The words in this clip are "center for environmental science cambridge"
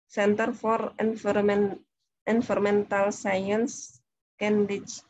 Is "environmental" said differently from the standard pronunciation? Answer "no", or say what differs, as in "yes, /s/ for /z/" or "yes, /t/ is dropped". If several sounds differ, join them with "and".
yes, /f/ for /v/ and /n/ is dropped